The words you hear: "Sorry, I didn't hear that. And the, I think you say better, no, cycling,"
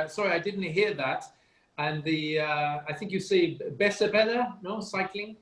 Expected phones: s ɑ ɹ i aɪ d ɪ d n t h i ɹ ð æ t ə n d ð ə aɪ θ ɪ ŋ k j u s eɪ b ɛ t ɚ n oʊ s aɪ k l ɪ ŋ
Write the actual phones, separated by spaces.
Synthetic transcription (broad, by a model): s ɑ ɹ i aɪ d ɪ d n t h i ɹ ð æ t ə n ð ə aɪ θ ɪ ŋ k j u s eɪ b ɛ s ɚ n oʊ s aɪ k l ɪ ŋ